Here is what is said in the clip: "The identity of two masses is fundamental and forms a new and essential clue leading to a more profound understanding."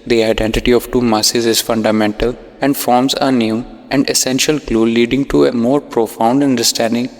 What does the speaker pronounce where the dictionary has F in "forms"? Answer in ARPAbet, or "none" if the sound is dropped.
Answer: F